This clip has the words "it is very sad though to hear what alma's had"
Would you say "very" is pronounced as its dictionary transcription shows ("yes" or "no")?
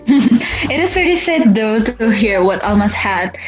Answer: no